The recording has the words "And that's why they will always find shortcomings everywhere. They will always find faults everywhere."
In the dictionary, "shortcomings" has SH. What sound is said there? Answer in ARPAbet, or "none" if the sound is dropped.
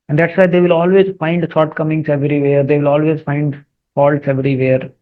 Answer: S